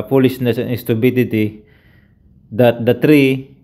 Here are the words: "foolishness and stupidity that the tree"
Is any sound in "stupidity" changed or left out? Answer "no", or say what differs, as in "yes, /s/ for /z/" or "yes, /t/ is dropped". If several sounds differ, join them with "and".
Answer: yes, /b/ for /p/